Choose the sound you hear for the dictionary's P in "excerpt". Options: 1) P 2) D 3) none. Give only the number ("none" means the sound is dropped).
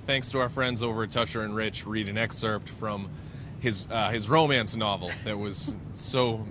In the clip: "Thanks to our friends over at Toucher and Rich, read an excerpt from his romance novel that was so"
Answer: 1